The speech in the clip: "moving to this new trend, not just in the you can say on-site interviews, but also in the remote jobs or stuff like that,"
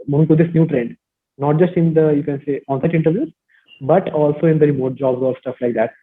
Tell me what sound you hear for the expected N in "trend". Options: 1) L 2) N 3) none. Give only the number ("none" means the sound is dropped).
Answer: 2